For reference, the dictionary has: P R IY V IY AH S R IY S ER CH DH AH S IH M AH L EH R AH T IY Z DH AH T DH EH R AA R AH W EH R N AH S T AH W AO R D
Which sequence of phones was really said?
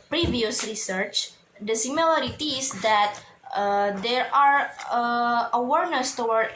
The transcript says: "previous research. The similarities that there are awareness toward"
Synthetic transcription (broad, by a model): P R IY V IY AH S R IY S ER CH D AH S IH M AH L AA R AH T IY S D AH T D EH R AA R AH W EH R N AH S T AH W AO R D